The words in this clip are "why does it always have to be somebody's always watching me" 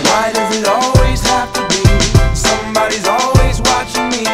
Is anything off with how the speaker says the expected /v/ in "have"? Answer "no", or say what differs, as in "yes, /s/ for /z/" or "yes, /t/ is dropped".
yes, /f/ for /v/